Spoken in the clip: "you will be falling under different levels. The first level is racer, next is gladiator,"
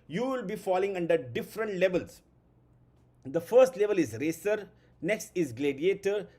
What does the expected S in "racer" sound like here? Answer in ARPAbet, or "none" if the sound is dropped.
S